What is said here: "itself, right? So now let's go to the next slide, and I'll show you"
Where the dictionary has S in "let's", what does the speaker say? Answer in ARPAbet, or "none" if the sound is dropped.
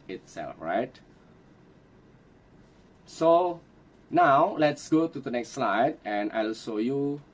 S